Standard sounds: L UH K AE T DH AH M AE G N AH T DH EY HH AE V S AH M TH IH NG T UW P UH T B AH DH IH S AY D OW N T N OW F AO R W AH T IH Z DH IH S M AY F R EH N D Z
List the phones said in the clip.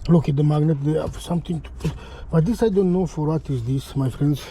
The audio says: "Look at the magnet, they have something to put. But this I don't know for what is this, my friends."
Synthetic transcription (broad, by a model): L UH K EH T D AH M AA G N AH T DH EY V S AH M T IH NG T UW B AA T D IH S AY D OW N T N OW F AO R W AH T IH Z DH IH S M AY F R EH N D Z